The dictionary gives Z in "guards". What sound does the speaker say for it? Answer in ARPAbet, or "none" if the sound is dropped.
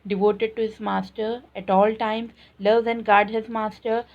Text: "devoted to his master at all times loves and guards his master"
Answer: none